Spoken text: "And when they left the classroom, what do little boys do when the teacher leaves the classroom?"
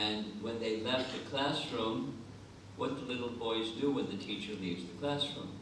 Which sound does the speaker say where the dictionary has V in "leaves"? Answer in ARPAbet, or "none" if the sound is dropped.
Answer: V